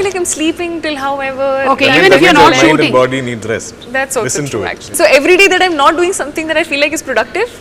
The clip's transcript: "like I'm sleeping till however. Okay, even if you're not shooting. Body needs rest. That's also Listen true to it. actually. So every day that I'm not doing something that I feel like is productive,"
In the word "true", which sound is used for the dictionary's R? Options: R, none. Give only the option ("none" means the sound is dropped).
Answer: none